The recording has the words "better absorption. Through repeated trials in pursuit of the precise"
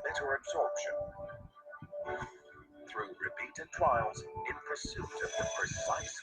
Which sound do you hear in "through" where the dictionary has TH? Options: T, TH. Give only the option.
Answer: TH